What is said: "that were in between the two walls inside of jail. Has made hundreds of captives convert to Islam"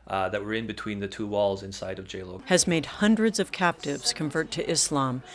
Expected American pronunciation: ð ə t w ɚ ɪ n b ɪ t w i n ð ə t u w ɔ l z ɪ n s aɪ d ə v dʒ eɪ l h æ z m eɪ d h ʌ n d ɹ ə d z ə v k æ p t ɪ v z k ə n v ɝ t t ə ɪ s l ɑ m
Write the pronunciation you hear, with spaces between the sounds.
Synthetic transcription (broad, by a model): ð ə t w ɚ ɪ n b ɪ t w i n ð ə t u w ɔ l z ɪ n s aɪ d ə v dʒ eɪ l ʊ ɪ z m eɪ d h ʌ n d ɹ ə d z ə v k æ p t ɪ v z k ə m v ɝ t t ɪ s l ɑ m